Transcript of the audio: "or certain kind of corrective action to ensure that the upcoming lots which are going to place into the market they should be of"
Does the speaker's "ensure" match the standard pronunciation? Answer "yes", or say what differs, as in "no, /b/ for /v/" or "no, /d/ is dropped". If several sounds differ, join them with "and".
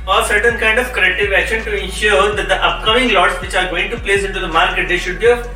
yes